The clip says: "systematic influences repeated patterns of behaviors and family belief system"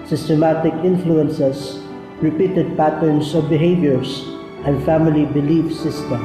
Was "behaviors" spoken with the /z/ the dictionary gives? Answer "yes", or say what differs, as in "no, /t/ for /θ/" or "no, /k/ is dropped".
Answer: no, /s/ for /z/